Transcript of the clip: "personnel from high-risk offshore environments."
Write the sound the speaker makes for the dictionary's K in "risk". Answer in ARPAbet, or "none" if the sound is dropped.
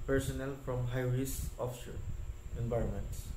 none